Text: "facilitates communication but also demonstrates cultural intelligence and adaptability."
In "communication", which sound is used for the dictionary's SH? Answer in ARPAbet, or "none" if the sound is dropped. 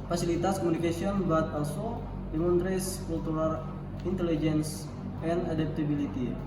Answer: S